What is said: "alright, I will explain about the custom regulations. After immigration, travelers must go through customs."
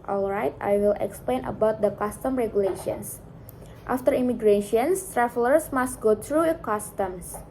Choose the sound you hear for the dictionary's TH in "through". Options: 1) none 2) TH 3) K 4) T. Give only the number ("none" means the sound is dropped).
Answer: 4